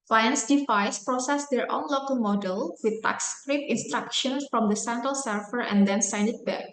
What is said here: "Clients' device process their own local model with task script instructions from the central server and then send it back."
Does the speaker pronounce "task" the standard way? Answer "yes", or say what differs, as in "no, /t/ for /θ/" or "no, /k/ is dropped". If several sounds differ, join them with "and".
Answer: no, /s/ is dropped